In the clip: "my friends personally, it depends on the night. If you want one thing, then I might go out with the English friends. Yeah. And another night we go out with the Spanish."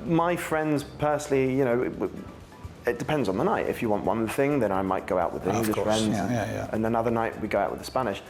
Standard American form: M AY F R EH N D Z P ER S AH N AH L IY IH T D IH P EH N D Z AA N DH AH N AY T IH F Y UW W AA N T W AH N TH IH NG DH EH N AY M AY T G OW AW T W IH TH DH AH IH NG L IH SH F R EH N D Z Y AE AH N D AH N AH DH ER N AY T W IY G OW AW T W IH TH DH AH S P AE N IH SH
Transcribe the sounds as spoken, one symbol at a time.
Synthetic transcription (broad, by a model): M AY F R EH N D Z P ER S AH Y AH N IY IH T D IH P EH N D Z N DH AH N AY T IH F Y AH W AA N T W AH N TH IH NG DH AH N AY M AY T G OW AW T W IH DH AH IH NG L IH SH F R EH N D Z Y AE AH N AH N AH DH ER N AY T W IY G OW AW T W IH DH AH S P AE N IH SH